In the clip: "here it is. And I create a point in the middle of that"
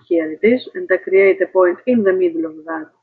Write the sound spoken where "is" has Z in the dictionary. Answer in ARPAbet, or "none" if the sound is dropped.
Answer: S